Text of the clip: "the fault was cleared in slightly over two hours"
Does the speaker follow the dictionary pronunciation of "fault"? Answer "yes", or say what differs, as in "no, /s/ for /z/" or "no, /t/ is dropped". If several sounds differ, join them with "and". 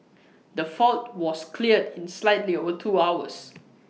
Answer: yes